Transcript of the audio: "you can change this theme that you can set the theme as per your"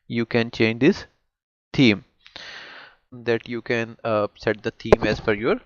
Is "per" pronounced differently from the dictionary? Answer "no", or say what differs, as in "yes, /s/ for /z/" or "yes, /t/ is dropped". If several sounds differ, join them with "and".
yes, /f/ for /p/